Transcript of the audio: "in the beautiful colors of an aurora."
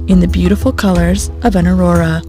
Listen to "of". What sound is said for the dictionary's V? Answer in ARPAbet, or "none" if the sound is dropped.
V